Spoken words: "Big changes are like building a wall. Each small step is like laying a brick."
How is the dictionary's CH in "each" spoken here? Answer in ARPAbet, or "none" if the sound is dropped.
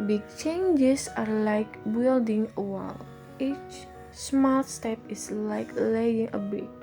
CH